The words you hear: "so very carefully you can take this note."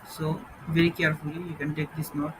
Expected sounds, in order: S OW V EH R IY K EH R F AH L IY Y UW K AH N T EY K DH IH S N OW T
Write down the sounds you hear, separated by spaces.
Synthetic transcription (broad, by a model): S OW V EH R IY K EH R F AH L IY Y UW K AH N T EY K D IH S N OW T